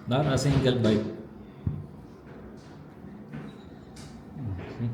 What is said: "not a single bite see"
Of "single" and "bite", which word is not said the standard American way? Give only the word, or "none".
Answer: single